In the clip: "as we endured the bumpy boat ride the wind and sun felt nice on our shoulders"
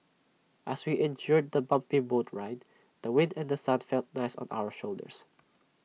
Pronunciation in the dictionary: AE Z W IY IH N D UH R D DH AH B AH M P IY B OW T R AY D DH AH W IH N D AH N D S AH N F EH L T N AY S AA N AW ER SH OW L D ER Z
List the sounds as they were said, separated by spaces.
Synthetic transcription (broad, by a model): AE S W IY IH N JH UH R D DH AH B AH M P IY B OW T R AY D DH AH W IH N D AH N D S AH N F EH L T N AY S AA N AW ER SH OW L D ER S